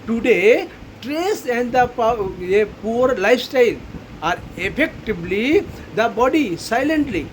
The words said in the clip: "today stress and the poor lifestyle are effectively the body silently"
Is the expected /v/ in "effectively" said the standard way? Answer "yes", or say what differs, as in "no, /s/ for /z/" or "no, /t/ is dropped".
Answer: no, /b/ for /v/